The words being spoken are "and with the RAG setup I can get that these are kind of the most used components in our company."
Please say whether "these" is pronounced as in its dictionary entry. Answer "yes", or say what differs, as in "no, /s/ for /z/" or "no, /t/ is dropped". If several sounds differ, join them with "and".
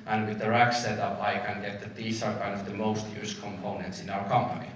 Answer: no, /s/ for /z/